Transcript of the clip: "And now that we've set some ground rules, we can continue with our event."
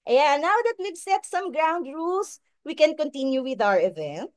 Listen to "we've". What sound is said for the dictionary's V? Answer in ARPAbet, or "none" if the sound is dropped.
B